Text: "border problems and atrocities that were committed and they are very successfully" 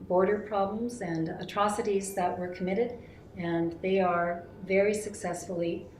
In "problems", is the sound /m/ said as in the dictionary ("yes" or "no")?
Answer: yes